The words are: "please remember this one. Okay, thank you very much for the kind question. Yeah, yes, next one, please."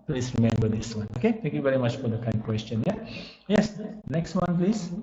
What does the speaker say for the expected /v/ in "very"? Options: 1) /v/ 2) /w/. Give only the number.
1